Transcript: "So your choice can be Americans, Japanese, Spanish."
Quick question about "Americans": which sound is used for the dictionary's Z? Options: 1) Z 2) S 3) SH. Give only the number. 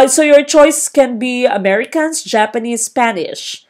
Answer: 2